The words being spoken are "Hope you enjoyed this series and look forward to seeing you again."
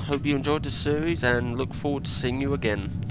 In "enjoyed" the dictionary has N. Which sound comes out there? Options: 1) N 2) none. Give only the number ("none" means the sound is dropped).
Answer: 1